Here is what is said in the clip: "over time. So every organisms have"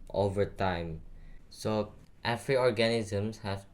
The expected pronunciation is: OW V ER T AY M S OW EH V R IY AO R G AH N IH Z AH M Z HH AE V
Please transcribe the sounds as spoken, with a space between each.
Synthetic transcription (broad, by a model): OW V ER T AY M S OW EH F R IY AO R G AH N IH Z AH M S HH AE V